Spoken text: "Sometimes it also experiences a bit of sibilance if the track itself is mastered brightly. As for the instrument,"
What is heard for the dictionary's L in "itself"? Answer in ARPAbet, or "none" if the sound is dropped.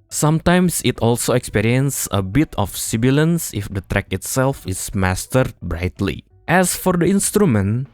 L